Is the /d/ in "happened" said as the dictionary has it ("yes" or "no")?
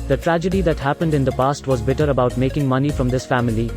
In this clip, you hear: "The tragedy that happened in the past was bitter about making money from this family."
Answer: yes